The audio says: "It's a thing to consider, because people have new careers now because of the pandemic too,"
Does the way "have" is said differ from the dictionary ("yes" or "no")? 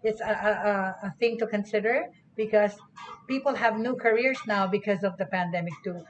no